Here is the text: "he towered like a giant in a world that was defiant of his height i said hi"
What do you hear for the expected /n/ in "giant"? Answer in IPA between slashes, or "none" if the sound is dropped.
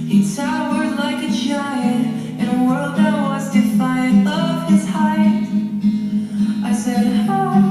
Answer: none